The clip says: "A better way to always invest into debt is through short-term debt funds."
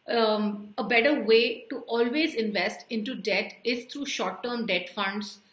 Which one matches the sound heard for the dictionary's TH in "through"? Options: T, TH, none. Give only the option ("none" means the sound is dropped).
T